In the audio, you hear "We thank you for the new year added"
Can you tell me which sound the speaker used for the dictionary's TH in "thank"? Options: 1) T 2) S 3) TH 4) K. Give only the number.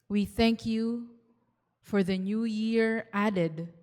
3